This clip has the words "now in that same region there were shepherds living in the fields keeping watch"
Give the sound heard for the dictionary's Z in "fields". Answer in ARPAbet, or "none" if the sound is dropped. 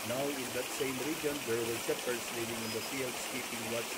S